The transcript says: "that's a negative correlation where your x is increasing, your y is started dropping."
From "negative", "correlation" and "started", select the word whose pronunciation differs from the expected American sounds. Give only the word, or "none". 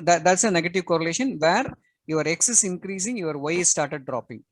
none